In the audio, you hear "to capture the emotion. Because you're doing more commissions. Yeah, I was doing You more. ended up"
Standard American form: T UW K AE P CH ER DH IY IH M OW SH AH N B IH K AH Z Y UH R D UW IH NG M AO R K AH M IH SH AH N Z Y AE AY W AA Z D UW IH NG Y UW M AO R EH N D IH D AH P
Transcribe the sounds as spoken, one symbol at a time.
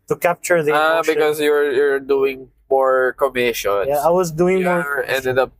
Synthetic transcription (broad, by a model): T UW K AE P CH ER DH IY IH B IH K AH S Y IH AH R Y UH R D UW IH NG M AO R K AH M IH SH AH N Y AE AY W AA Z D UW IH NG M AO R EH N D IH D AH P